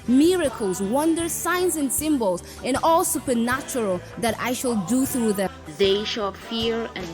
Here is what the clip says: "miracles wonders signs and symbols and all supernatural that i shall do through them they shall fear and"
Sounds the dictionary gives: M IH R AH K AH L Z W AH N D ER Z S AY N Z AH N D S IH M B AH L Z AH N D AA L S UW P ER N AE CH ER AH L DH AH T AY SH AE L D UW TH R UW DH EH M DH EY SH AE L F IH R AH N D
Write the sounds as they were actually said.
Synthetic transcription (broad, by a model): M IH R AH K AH L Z W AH N D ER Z S AY N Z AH N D S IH M B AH L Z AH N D AA L S UW P ER N AE CH ER AH L DH AH T AY SH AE L D UW TH R UW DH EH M DH EY SH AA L F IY R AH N